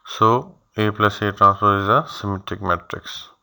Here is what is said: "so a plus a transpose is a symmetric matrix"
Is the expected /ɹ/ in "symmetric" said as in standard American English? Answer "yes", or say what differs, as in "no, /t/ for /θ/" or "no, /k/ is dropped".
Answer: no, /ɹ/ is dropped